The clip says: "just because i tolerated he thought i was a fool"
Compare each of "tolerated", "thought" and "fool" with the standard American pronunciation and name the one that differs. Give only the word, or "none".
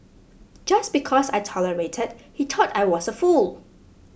thought